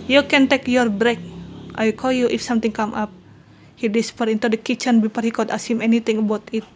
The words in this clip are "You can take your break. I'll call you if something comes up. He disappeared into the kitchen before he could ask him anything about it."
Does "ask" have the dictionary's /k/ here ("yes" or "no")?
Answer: no